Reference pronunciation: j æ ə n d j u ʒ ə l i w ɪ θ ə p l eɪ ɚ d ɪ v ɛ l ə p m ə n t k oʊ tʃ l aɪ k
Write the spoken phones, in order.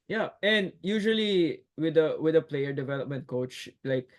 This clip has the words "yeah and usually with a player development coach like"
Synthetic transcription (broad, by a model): j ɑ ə n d j u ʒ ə l i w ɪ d ə p l eɪ ɚ d ɪ v ɛ l ə p m ə n t k oʊ tʃ l aɪ k